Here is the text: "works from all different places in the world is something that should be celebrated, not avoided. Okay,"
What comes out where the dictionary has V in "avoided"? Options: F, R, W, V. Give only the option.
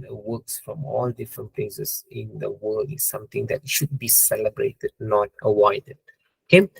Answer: W